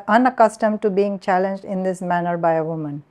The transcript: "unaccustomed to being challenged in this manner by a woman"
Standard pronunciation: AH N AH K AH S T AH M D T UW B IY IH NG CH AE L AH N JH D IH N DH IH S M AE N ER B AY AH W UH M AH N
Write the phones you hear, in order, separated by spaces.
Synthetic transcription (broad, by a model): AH N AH K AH S T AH M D T UW B IY IH NG CH AE L AH N JH D IH N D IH S M AE N ER B AY AH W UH M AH N